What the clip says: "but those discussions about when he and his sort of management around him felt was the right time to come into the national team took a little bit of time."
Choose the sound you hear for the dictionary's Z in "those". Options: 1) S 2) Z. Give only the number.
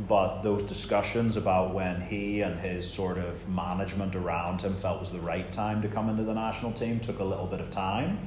2